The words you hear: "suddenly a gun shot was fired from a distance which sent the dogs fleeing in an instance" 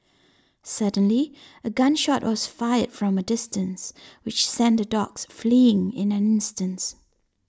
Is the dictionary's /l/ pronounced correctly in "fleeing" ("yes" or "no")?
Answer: yes